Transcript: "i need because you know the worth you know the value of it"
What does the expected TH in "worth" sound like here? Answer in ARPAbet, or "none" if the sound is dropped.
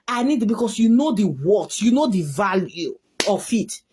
T